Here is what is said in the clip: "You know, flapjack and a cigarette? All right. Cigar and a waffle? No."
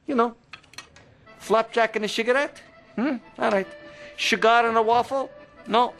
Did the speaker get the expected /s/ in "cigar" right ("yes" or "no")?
no